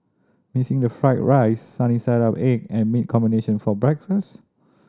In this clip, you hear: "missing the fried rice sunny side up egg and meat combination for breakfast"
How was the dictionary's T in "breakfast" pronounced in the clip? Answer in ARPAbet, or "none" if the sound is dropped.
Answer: T